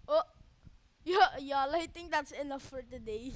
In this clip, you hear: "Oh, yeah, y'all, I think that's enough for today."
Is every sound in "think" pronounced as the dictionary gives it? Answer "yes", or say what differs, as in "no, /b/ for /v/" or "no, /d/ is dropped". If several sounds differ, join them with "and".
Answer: no, /t/ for /θ/